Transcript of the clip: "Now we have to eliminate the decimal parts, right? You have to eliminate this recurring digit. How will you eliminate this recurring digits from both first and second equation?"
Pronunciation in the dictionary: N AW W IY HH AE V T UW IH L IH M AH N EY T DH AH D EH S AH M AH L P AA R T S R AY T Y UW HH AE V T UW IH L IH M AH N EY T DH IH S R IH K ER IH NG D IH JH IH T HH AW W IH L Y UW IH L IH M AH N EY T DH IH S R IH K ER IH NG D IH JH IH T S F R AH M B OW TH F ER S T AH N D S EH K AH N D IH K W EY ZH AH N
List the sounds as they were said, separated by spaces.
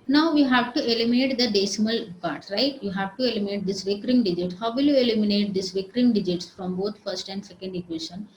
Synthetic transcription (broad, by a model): N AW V IY HH AE V T UW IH L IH M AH N EY T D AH D EH S AH M AH L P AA R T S R AY T Y UW HH AE V T UW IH L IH M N EY T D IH S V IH K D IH NG D IH JH IH T HH AW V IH L Y UW IH L IH M AH N EY T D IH S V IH K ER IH NG D IH JH IH T S F R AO M B OW T F ER S T AH N D S EH K AH N D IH K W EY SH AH N